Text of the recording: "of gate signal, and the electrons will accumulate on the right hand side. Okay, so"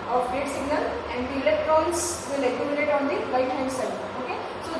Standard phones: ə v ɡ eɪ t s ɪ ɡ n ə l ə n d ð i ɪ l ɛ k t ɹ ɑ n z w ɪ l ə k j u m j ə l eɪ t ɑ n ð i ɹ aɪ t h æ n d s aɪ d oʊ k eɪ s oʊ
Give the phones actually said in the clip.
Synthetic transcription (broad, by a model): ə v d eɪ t s ɪ ɡ n ə l ə n d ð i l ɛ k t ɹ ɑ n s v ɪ l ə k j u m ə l eɪ t ɑ n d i l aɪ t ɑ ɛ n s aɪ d oʊ k eɪ s oʊ